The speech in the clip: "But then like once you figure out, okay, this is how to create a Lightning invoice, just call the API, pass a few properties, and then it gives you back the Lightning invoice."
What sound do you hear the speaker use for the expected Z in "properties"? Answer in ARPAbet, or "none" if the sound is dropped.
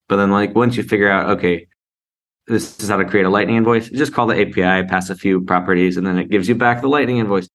Z